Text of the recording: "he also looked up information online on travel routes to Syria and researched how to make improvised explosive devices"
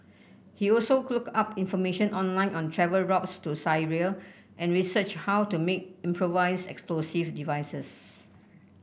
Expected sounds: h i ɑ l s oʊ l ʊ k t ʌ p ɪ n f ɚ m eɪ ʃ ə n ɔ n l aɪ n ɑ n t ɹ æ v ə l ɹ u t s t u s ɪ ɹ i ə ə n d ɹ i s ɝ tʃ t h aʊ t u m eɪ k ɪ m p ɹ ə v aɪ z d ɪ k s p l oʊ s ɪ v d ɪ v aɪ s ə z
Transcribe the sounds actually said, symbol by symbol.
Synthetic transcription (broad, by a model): h i ɑ l s oʊ l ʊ k ɑ p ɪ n f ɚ m eɪ ʃ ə n ɔ n l aɪ n ɑ n t ɹ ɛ v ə l ɹ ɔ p s t u s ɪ ɹ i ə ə n ɹ i s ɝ tʃ h aʊ t u m eɪ k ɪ m p ɹ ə v aɪ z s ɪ k s p l oʊ s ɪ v d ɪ v aɪ s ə s